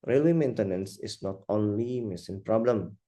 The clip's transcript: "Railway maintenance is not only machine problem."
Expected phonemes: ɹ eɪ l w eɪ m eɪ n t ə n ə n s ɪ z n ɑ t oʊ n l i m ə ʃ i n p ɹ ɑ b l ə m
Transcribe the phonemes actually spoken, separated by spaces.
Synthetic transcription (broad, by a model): ɹ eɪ l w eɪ m eɪ n t ə n ə n s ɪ s n ɑ t oʊ n l i m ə s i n p ɹ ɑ b l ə m